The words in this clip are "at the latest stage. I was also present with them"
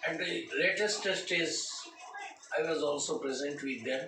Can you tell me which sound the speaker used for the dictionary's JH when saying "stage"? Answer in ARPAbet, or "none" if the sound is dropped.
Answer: Z